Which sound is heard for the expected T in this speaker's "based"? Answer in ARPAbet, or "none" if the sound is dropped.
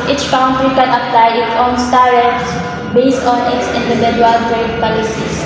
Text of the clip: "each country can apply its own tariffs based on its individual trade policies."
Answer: T